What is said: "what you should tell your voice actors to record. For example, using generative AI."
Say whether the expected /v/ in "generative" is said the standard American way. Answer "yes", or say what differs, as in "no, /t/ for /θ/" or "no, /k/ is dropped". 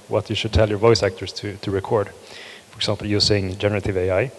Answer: yes